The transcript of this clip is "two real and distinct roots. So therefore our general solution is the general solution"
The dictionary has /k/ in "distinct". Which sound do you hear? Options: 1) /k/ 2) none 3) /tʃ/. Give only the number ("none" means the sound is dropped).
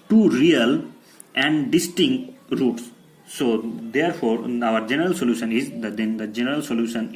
1